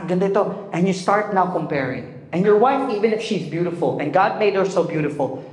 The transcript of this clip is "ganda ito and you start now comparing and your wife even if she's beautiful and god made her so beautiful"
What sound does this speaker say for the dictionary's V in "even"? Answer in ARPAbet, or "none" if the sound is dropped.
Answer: V